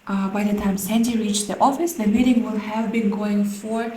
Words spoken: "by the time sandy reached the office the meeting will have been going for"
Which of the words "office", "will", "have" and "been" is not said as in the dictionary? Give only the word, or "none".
none